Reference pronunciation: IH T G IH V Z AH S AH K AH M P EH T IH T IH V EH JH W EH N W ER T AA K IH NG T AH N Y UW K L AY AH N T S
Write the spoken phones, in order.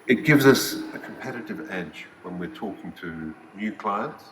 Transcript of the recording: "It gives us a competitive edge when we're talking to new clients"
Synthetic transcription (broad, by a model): IH T G IH V Z AH S AH K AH M P EH T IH T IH V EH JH W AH N W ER T AA K IH NG T AH N Y UW K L AY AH N T S